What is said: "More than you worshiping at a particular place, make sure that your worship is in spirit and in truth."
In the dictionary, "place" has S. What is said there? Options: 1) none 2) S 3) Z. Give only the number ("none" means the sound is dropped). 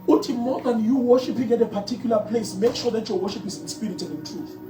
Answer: 2